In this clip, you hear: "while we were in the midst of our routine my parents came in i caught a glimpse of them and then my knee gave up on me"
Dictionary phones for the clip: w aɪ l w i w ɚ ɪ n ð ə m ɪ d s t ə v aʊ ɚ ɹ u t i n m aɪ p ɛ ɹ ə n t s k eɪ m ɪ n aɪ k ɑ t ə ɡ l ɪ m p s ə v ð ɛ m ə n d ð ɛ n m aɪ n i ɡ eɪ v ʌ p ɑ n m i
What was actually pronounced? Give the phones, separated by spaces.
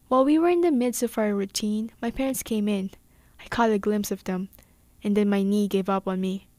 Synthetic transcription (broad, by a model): w aɪ l w i w ɚ ɪ n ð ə m ɪ d s t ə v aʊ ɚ ɹ u t i n m aɪ p ɛ ɹ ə n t s k eɪ m ɪ n aɪ k ɑ t ə ɡ l ɪ m p s ə v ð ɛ m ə n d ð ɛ n m aɪ n i ɡ eɪ v ʌ p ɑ n m i